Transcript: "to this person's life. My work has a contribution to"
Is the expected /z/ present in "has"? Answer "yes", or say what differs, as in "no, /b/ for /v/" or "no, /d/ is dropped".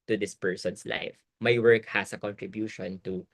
no, /s/ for /z/